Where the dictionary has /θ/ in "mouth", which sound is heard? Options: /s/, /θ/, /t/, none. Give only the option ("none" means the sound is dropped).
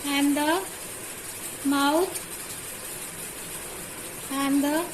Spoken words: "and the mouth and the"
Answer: /t/